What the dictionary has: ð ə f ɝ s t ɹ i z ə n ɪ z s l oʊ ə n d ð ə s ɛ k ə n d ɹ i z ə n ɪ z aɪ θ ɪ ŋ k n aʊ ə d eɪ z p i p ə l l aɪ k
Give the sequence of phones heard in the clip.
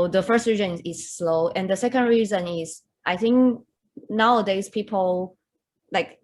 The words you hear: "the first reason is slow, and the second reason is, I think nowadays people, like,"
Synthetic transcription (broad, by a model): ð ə f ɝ s t ɹ i z ə n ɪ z s l oʊ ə n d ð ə s ɛ k ə n d ɹ i z ə n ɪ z aɪ θ ɪ ŋ k n aʊ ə d eɪ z p i p ə l l aɪ k